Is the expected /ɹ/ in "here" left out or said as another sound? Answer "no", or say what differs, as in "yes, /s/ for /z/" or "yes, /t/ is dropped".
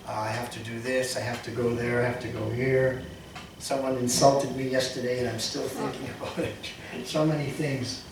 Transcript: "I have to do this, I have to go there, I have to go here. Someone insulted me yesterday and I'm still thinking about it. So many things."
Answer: no